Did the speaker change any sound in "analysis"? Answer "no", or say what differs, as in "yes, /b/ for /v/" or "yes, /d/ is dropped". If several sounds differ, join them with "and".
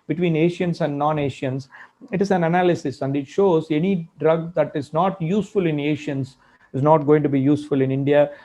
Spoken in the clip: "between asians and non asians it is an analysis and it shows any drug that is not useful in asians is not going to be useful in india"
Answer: no